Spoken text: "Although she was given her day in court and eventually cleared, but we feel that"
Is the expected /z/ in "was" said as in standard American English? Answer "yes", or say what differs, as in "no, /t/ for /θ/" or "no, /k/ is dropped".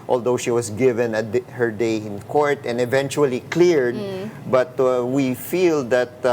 no, /s/ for /z/